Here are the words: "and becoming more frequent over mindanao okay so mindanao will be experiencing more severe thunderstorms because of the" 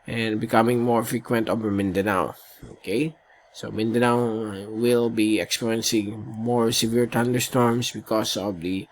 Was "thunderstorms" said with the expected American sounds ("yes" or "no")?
no